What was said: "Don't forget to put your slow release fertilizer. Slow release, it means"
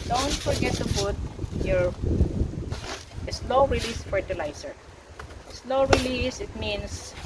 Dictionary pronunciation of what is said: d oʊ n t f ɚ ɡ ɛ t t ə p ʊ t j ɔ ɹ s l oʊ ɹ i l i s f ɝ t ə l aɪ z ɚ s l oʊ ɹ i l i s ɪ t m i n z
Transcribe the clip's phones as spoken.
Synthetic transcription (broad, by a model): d oʊ n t f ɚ ɡ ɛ t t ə f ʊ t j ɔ ɹ s l oʊ ɹ i l i s f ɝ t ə l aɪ s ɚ s l oʊ ɹ i l i s ɪ t m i n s